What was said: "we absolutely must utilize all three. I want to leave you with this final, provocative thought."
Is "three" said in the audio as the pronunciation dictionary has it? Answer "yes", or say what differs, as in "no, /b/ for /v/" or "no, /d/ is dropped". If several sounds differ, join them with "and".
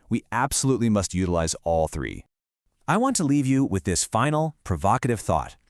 yes